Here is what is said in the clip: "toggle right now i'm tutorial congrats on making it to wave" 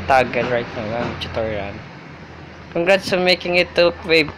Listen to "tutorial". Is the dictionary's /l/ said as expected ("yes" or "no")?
no